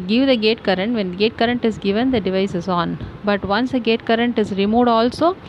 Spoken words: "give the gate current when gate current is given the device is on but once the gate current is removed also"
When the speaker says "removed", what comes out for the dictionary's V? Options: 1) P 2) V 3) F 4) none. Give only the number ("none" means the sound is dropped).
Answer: 4